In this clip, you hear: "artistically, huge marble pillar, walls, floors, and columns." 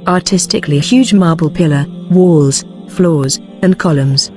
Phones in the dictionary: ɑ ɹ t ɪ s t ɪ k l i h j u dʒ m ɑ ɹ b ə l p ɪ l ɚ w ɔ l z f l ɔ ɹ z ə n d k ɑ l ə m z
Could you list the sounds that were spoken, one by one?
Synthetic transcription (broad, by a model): ɑ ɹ t ɪ s t ɪ k l i h j u dʒ m ɑ b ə l p ɪ l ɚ w ɔ l z f l ɔ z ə n k ɑ l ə m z